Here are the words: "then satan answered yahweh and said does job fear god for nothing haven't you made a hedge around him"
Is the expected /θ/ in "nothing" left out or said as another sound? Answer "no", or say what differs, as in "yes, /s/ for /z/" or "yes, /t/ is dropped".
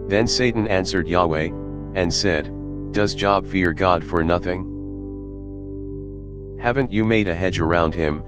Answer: no